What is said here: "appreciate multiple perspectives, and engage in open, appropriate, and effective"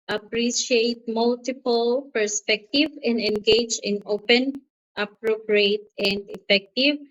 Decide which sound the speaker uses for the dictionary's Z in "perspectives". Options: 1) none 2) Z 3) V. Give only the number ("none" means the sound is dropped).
1